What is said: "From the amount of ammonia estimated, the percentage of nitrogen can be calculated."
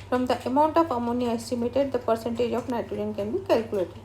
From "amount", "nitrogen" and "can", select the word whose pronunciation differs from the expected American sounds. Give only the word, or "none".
nitrogen